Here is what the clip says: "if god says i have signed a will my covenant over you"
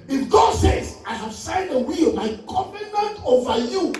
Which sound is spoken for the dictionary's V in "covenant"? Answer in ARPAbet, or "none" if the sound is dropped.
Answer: P